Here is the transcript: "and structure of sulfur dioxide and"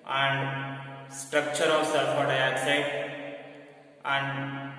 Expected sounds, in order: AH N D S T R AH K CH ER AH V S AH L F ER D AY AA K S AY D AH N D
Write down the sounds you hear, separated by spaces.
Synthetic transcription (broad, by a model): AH N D S T R AH K CH ER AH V S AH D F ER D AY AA S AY AH N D